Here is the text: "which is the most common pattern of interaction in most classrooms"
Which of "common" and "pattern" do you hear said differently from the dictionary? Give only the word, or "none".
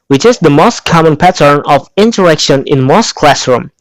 none